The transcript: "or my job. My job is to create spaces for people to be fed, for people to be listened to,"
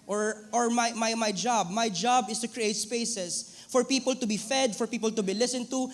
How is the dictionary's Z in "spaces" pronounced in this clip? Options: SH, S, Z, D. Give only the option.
S